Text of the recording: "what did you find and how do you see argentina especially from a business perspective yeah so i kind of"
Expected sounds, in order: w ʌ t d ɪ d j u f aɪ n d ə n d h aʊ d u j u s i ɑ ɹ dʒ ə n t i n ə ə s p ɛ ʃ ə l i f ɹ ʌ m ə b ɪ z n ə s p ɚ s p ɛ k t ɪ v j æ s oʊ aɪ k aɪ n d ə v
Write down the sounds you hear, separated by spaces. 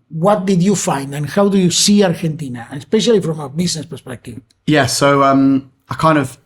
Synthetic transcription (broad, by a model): w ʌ t d ɪ d j u f aɪ n d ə n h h aʊ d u j u s i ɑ ɹ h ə n t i n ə ə s p ɛ ʃ ə l i f ɹ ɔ m ə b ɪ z n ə s p ɚ s p ɛ k t ɪ v j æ s oʊ aɪ k aɪ n d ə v